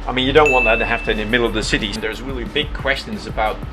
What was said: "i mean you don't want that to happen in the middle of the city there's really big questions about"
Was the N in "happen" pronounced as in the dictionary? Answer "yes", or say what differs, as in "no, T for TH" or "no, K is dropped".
no, N is dropped